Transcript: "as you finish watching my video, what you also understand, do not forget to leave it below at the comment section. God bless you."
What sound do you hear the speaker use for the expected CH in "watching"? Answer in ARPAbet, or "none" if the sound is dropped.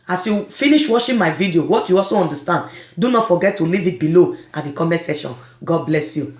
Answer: SH